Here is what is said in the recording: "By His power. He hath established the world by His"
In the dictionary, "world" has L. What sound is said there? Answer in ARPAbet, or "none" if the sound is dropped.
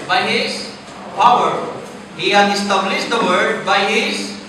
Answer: none